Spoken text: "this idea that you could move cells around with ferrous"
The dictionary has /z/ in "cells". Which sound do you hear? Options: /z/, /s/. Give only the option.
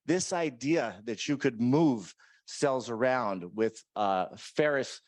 /z/